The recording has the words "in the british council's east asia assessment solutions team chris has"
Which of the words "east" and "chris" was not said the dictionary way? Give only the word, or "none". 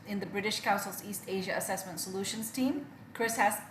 none